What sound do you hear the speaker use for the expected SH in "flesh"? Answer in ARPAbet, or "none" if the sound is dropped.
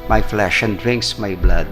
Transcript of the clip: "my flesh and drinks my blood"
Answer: SH